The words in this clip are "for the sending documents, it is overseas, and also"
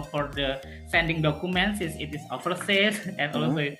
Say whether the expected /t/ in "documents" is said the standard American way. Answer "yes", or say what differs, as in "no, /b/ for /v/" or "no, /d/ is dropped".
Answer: no, /s/ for /t/